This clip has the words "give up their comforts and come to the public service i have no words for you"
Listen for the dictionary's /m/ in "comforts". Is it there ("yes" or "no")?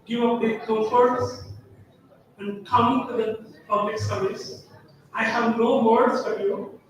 no